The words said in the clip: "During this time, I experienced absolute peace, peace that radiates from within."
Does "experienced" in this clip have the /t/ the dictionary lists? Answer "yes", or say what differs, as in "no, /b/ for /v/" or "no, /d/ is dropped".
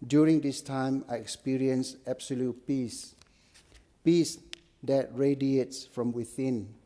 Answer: no, /t/ is dropped